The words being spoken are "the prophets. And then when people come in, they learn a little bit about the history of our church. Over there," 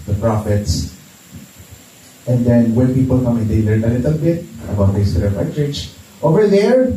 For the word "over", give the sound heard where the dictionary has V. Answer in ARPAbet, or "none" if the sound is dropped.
V